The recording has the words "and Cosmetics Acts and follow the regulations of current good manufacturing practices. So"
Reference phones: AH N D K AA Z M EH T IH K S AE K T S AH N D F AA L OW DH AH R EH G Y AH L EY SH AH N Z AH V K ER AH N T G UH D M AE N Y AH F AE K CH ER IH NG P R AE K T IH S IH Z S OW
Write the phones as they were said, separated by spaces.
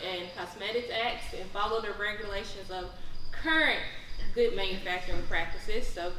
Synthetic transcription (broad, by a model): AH N K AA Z M EH T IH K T AE K T S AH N F AA L OW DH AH R EH G Y AH L EY SH AH N Z AH V K ER AH N T G UH D M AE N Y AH F AE K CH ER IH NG P R AE K T IH S IH Z S OW